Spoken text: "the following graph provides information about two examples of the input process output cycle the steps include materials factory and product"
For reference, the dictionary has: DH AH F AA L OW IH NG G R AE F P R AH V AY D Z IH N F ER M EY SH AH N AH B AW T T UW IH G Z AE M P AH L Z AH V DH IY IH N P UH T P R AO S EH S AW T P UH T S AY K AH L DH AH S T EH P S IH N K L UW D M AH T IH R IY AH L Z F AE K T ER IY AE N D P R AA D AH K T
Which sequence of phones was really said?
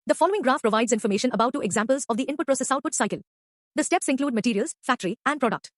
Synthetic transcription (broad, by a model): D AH F AA L OW IH NG G R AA F P R AH V AY D Z IH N F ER M EY SH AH N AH B AW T T UW IH G Z AE M P AH L Z AH V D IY IH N P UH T P R AO S EH S AW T P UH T S AY K AH L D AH S T EH P S IH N K L UW D M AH T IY R IY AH L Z F AE K T ER IY AE N D P R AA D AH K T